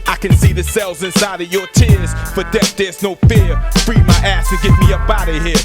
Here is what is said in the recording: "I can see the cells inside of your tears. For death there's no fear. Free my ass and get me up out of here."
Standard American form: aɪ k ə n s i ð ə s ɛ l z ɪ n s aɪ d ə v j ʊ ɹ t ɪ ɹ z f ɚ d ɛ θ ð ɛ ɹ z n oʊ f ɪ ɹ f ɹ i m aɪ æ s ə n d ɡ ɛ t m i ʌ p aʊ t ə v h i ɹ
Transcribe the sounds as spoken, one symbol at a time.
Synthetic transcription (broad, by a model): aɪ k ə n s i ð ə s ɛ l z ɪ n s aɪ d ə v j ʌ ɹ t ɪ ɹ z f ɚ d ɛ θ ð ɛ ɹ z n oʊ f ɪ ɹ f ɹ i m aɪ æ s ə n ɡ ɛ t m i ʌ b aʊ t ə h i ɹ